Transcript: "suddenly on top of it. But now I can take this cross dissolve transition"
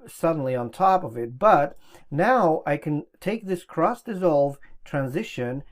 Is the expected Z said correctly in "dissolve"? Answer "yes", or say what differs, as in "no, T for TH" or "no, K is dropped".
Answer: yes